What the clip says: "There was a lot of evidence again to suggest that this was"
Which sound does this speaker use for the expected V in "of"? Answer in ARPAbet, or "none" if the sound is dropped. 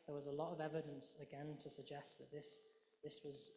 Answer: V